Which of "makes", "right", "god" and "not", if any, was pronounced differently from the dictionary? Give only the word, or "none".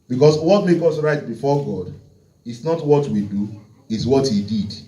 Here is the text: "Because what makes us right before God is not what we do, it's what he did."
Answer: makes